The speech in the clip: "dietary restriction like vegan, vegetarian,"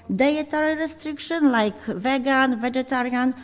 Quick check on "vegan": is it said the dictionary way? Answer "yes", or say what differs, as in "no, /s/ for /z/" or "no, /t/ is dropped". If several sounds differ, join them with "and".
yes